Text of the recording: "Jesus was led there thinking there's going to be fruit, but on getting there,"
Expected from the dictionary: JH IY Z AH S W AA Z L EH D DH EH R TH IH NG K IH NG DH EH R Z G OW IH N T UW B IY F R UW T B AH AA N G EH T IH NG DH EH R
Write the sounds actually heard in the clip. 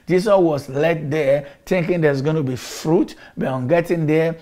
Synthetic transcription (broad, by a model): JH IY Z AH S W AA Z L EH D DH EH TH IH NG K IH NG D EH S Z G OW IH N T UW B IY F R UW T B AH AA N G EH T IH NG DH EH